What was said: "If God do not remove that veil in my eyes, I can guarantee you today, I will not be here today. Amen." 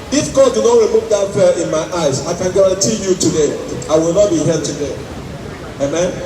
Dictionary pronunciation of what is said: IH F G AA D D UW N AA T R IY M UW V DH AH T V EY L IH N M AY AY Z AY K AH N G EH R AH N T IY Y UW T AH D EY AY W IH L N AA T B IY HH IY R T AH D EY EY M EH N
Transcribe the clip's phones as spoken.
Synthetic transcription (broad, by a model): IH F G AA D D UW N AA T R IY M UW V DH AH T F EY IH N M AY AY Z AY K AH N G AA R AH N T IY Y UW T AH D EY AY W IH L N AA T B IY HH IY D T AH D EY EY M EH N